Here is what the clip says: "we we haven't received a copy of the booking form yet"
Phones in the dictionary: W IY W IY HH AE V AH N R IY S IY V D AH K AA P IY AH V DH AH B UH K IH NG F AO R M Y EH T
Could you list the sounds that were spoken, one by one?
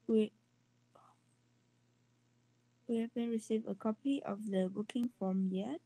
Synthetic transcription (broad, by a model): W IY W IY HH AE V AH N R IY S IY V AH K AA P IY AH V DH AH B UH K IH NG F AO M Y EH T